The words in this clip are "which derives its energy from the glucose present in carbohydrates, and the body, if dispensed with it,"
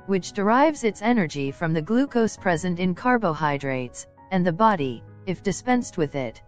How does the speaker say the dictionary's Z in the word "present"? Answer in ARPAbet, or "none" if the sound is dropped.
Z